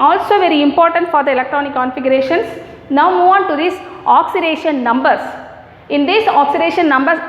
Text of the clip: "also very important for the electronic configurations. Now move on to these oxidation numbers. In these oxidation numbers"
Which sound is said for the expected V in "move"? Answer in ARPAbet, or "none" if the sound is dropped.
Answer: none